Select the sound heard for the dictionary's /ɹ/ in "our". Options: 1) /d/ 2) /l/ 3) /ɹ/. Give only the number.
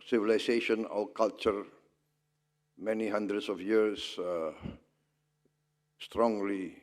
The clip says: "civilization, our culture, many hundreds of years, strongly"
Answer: 2